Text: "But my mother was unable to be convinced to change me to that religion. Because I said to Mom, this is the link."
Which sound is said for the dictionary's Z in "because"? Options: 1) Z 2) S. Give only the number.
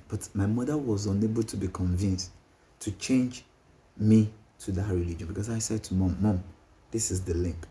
2